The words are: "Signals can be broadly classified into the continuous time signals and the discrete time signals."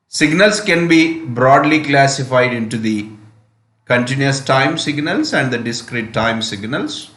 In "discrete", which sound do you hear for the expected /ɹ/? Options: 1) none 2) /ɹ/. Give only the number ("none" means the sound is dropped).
2